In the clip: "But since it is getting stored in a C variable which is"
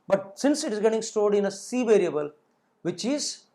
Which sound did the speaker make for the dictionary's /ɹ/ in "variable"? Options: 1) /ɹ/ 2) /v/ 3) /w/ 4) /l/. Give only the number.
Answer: 1